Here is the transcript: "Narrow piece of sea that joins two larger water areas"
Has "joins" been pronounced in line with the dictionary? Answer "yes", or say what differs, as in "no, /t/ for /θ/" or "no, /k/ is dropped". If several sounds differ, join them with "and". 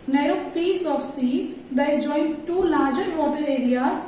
no, /z/ is dropped